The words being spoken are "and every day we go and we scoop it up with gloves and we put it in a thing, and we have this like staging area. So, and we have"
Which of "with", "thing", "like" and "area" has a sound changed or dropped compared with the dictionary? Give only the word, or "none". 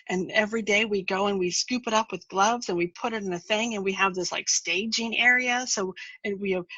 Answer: none